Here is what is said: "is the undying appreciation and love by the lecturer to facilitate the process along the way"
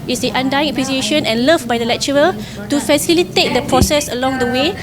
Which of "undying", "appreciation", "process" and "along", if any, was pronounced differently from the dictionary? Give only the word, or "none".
appreciation